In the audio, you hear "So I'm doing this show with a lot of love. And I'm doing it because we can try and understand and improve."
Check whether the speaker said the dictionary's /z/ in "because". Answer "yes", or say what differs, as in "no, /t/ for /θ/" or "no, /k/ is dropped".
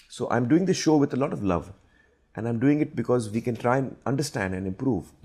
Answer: yes